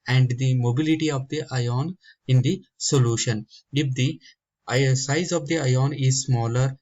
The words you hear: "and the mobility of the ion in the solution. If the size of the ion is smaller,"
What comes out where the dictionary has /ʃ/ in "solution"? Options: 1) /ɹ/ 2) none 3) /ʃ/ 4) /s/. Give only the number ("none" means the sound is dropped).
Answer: 3